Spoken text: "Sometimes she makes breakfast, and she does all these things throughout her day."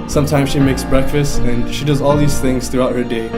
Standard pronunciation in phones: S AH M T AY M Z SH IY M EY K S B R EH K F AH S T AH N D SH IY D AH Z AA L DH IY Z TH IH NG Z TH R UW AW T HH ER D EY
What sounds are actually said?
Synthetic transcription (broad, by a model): S AH M T AY M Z SH IY M EY K S B R EH K F AH S T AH N SH IY D AH Z AA L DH IY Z TH IH NG Z TH R UW AW T HH ER D EY